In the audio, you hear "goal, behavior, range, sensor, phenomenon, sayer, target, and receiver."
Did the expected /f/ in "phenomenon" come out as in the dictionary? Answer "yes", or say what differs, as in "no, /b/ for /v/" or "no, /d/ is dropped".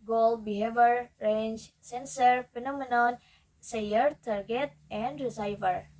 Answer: no, /p/ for /f/